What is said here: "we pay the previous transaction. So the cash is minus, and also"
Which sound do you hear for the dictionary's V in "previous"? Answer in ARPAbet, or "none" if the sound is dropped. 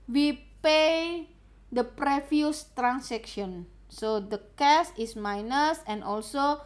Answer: F